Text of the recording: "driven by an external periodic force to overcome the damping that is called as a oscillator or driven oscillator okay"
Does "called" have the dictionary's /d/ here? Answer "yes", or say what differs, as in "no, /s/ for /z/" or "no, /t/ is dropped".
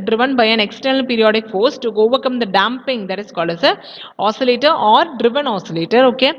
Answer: no, /d/ is dropped